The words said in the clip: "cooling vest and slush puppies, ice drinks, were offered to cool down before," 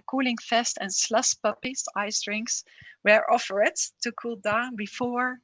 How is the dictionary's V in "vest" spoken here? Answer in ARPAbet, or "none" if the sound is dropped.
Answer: F